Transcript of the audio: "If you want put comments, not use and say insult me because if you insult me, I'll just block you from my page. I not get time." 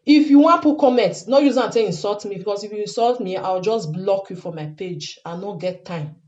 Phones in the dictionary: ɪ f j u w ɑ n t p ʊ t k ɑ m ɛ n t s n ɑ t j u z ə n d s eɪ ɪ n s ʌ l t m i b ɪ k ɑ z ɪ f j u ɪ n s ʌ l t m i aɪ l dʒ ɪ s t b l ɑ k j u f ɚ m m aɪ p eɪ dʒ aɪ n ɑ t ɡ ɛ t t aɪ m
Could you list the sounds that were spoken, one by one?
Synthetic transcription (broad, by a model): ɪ f j u w ɑ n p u k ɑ m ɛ n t n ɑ j u z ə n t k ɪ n s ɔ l t m i b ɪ k ɑ s ɪ f j u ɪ n s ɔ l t m i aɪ w dʒ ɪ s b l ɑ k j u f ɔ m m aɪ p eɪ dʒ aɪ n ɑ ɡ ɛ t t aɪ m